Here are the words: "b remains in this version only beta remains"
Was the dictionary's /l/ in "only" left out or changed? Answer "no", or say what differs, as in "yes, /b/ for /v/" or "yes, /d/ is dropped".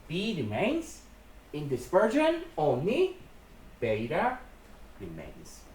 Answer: yes, /l/ is dropped